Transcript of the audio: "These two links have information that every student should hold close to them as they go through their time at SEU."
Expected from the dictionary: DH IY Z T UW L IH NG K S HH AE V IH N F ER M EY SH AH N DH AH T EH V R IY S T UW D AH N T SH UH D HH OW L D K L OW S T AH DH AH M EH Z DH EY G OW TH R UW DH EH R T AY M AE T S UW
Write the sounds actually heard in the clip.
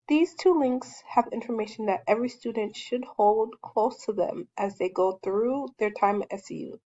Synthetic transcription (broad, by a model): DH IY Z T UW L IH NG K S HH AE V IH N F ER M EY SH N DH AH T EH V R IY S T UW D N T SH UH D HH OW L D K L OW S T AH DH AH M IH Z DH EY G OW TH R UW DH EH R T AY M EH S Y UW